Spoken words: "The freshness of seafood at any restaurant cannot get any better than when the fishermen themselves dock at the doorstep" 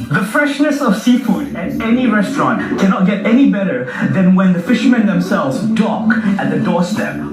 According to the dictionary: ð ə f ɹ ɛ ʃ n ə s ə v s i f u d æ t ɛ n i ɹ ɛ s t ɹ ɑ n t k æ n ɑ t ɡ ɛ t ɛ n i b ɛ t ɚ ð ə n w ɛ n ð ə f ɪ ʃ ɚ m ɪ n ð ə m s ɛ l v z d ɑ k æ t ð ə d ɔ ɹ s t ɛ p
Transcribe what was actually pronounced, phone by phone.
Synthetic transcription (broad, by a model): ð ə f ɹ ɛ ʃ n ə s ə v s i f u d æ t ɛ n i ɹ ɛ s t ɹ ɑ n t k æ n ɑ t ɡ ɛ t ɛ n i b ɛ t ɚ ð ə n w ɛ n ð ə f ɪ ʃ ɚ m ɪ n ð ə m s ɛ l v z d ɑ k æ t ð ə d ɔ ɹ s t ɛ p